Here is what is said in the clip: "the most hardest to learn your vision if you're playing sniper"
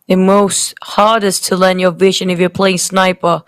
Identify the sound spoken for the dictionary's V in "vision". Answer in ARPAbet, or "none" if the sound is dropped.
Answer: V